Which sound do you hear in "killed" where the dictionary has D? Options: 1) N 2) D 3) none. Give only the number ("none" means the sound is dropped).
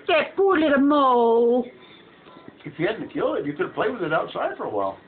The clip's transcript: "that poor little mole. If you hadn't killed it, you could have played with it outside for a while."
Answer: 3